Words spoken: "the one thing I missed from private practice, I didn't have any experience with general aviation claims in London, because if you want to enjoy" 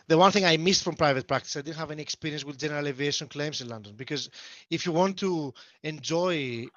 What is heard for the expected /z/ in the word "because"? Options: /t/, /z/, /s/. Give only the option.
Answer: /z/